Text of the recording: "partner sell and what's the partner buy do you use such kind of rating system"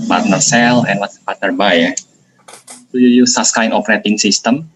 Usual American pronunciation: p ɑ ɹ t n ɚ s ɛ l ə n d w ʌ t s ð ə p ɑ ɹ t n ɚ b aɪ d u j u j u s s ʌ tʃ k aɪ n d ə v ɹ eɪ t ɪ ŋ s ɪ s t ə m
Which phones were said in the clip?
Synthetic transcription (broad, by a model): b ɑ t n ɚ s ɛ l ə n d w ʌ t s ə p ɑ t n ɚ b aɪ d u j u j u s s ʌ s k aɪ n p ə ɹ eɪ t ɪ ŋ s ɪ s t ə m